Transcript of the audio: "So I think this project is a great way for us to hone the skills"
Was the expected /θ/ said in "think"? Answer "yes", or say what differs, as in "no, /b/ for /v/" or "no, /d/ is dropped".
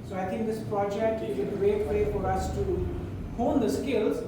no, /t/ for /θ/